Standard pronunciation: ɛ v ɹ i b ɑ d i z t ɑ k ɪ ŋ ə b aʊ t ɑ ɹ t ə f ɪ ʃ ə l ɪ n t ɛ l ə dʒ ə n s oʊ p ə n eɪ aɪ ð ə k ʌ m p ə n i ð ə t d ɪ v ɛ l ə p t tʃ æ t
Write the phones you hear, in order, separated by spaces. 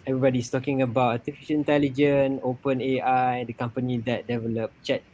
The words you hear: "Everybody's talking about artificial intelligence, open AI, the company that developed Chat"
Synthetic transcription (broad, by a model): ɛ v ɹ i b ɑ d i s t ɑ k ɪ ŋ ə b aʊ t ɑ t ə f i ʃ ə n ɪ n t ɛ l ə dʒ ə n oʊ p ə n eɪ aɪ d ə k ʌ m p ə n i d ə t d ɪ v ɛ l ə p tʃ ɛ t